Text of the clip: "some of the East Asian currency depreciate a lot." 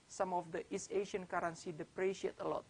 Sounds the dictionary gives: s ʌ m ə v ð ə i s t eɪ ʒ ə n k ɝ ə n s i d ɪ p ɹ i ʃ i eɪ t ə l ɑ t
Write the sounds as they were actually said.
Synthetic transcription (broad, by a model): s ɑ m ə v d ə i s eɪ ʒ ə n k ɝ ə n s i d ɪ p ɹ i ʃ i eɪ t ə l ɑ t